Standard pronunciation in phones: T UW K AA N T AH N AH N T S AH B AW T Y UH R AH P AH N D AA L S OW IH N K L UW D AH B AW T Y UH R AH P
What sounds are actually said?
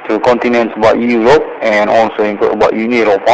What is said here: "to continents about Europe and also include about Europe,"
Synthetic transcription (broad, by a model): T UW K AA N T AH N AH N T S AH B AW T Y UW R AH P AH N AA L S OW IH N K UW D AH B AW T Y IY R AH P